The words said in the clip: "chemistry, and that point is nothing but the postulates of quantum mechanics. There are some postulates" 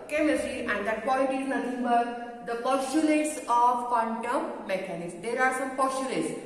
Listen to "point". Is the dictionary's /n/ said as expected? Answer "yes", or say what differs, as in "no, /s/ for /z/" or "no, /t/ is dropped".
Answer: no, /l/ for /n/